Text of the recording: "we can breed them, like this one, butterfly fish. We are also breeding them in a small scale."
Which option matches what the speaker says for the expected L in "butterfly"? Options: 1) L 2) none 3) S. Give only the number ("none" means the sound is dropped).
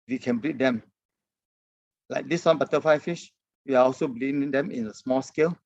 2